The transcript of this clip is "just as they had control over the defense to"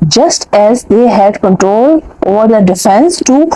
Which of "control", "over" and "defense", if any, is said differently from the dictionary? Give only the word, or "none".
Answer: none